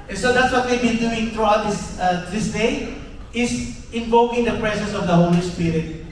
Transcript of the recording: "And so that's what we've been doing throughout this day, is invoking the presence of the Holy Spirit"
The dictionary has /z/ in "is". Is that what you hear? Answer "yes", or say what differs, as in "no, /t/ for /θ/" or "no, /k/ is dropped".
no, /s/ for /z/